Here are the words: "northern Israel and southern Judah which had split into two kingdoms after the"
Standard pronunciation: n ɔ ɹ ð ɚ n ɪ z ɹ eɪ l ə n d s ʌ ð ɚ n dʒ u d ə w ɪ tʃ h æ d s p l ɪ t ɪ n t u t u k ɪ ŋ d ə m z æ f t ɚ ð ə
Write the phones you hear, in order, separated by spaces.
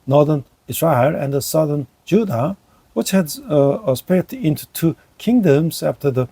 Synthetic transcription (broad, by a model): n ɔ ɹ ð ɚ n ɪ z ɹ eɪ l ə n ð s ʌ ð ɚ n dʒ u d ə w ɪ tʃ h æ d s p ɪ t ɪ n t u t u k ɪ ŋ d ə m z æ f t ɚ ð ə